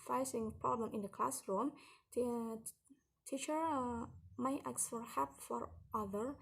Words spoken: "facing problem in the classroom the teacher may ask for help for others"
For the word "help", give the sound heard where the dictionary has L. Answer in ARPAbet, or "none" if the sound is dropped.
none